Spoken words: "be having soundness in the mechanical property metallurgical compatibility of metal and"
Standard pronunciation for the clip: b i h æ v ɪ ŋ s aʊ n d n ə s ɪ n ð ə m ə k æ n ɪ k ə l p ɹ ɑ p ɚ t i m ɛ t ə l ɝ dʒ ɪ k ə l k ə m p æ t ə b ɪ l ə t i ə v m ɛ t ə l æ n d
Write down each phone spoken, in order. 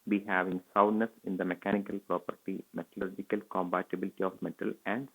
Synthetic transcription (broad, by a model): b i h æ v ɪ ŋ s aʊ d n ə s ɪ n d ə m ə k æ n ɪ k ə l p ɹ ɑ p ɚ t i m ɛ t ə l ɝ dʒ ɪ k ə l k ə m b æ t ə b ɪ l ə t i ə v m ɛ t ə l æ n d